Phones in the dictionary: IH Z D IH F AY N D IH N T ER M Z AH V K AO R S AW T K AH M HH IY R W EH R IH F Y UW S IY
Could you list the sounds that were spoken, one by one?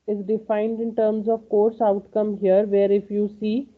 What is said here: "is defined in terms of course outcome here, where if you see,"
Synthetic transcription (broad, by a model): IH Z D IH F AY N D IH N T ER M Z AH V K AO R S AW T K AH M HH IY R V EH R IH F Y UW S IY